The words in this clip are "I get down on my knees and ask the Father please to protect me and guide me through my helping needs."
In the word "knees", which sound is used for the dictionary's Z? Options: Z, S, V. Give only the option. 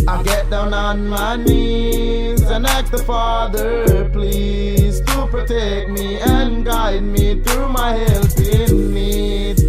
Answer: Z